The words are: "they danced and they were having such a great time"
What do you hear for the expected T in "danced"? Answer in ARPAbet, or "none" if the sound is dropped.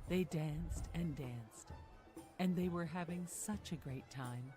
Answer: T